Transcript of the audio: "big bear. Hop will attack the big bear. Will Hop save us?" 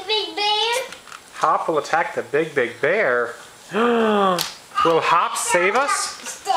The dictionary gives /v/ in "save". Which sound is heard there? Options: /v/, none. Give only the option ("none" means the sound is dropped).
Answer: /v/